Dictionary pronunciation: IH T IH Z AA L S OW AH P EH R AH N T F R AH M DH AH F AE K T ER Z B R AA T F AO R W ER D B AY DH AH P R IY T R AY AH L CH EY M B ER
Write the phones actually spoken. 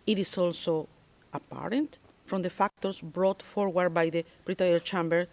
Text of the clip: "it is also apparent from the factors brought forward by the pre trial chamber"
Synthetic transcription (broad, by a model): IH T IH S AA L S OW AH P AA R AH N T F R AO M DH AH F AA K T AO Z B R AA T F AO R W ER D B AY DH AH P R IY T AY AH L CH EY M B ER